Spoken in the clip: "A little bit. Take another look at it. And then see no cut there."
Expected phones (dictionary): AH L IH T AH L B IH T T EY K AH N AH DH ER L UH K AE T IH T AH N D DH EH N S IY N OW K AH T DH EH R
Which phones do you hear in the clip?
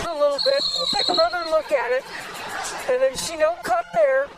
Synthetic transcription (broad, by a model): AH L IH T L B IH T T EY K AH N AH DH ER L UH K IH T IH T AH N DH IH N SH IY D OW K AH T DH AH R